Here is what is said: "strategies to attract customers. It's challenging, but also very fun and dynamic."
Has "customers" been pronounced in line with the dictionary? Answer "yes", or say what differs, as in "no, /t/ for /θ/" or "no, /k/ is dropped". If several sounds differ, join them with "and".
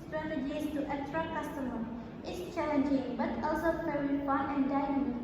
no, /z/ is dropped